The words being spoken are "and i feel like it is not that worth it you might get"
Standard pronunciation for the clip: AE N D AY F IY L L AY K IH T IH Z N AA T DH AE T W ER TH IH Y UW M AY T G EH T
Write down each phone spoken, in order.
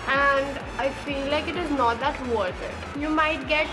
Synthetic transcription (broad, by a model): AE N D AY F IY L L AY K IH T IH Z N AA T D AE T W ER T IH Y UW M AY T G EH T